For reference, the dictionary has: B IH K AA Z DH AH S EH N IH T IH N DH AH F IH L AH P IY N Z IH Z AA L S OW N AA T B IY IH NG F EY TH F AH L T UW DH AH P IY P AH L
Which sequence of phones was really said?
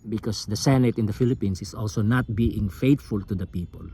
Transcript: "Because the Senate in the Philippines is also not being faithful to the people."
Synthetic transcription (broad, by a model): B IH K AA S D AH S EH N IH T IH N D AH F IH L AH P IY N S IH S AA L S OW N AA T B IY IH NG F EY T F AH L T UW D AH P IY P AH L